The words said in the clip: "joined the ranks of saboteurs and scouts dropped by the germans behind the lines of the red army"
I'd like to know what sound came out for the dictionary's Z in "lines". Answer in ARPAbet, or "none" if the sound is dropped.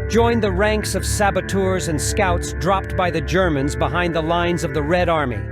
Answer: Z